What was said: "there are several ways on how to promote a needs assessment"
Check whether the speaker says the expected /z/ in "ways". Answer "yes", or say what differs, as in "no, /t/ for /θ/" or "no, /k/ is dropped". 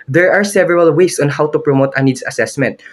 no, /s/ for /z/